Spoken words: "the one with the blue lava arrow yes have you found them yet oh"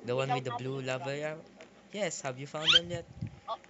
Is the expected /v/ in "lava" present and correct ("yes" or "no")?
yes